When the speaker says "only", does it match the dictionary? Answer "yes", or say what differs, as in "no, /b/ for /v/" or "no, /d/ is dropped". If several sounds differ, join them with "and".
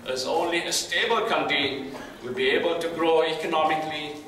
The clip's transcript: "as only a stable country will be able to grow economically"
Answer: yes